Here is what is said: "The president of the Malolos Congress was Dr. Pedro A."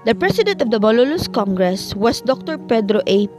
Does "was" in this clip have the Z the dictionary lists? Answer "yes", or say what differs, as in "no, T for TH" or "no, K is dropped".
no, S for Z